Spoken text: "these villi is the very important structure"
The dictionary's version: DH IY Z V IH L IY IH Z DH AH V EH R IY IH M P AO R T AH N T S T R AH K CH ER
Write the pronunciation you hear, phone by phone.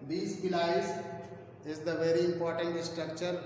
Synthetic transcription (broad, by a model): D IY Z P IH L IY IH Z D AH V EH R IY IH M P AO R T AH N T S T R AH K CH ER